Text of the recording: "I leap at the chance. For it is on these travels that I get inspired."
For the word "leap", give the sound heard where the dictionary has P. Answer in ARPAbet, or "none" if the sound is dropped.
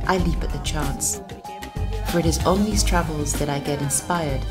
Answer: P